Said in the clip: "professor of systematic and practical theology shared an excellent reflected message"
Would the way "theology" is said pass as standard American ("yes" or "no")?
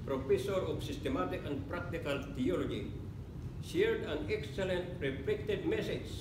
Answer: no